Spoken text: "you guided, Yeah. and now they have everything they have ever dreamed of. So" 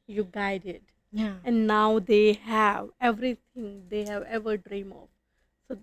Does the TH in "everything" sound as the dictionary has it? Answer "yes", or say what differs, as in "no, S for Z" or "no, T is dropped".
no, T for TH